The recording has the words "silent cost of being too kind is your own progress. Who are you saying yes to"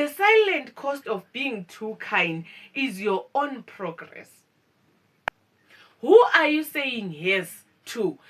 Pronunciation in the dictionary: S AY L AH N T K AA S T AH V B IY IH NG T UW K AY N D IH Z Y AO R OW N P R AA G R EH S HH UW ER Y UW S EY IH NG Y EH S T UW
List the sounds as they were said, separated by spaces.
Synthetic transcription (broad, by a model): S AY L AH N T K AA S T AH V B IY NG T UW K AY N D IH Z Y AO OW N P R AA G R EH S HH UW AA Y UW S EY IH NG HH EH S T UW